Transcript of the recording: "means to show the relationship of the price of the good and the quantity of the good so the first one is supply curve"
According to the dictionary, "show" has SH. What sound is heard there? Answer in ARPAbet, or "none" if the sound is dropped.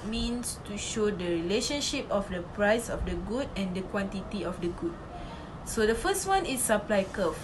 SH